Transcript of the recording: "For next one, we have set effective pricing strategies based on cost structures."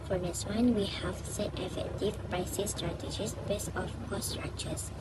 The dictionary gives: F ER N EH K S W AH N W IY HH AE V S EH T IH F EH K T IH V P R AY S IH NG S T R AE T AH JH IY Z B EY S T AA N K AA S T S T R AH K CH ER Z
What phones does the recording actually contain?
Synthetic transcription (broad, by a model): F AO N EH S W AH N W IY HH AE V S EH T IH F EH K T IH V P R AY S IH S T R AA T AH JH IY S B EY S AA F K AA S S T R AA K CH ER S